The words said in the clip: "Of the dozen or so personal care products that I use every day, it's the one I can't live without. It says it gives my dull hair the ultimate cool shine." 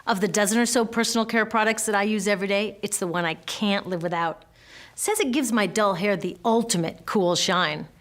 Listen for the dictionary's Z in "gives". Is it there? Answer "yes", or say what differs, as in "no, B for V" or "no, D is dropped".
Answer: yes